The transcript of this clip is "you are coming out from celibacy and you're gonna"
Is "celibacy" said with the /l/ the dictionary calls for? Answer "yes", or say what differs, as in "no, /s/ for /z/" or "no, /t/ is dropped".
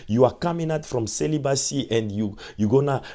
yes